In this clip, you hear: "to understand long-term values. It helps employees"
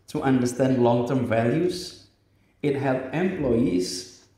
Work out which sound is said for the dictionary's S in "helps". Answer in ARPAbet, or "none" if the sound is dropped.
none